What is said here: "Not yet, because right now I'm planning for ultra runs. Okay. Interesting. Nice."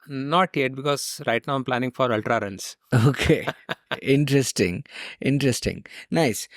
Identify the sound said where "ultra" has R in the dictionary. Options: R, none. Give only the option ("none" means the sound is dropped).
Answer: R